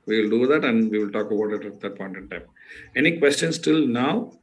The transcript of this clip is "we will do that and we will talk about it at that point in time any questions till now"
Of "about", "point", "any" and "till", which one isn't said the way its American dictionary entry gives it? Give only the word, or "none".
none